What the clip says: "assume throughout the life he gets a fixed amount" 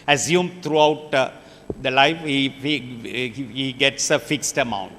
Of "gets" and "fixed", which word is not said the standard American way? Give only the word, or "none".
none